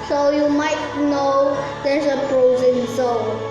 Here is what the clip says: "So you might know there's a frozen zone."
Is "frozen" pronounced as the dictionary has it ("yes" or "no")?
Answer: no